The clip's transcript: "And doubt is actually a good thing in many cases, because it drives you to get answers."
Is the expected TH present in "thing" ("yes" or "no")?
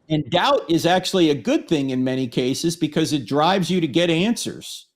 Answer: yes